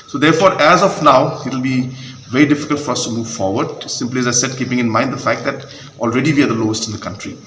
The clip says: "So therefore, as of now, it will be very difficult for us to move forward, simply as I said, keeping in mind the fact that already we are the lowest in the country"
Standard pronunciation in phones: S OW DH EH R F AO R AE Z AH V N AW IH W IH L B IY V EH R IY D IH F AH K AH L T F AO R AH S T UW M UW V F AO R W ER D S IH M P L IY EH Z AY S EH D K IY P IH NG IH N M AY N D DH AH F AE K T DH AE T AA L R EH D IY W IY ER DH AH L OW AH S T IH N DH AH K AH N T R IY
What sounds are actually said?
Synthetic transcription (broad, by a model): S OW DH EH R F AO R AE Z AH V N AW IH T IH L B IY V EH R IY D IH F AH K AH L T F AO R AH S T UW M UW V F AO R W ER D S IH M P L IY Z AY S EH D K IY P IH NG IH N M AY N D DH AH F AE K T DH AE T AA L R EH D IY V IY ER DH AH L OW AH S T IH N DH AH K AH N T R IY